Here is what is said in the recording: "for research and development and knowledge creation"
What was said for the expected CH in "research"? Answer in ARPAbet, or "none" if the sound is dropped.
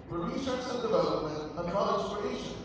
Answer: S